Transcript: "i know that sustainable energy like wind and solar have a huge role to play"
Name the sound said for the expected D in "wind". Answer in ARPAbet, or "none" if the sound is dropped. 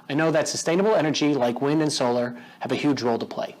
D